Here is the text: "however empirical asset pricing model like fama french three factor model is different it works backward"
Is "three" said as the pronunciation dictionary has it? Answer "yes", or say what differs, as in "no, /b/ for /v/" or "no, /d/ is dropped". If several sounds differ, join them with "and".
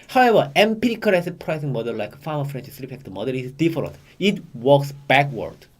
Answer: no, /s/ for /θ/